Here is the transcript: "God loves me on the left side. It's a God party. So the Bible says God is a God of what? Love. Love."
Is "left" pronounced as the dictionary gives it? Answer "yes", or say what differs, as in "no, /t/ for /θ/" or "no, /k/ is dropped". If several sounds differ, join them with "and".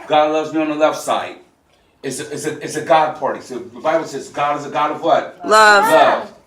yes